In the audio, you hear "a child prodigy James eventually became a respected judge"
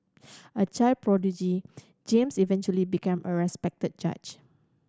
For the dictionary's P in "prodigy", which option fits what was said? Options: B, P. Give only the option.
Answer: P